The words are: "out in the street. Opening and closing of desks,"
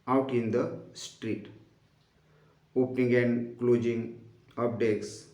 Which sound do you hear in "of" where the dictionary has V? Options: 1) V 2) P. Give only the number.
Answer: 2